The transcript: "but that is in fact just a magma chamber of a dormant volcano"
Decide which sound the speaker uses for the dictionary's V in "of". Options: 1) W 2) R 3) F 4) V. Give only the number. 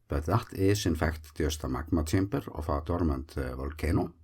3